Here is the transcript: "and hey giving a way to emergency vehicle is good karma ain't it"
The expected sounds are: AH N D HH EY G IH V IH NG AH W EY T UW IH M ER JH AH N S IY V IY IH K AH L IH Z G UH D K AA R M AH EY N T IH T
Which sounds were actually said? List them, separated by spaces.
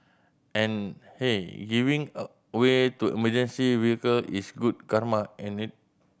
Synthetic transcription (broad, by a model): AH N HH EY G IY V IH NG AH W EY T UW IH M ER JH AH N S IY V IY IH K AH L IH S G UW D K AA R M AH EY N IH T